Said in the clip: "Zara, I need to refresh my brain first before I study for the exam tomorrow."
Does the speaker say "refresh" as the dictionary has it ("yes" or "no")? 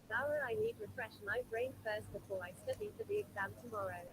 yes